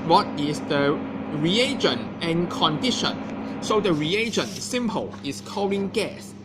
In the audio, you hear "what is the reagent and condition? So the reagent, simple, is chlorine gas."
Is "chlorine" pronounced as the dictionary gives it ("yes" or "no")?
no